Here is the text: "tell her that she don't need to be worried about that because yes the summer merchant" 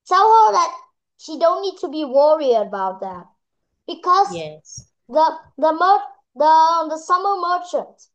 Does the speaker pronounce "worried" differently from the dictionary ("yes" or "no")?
yes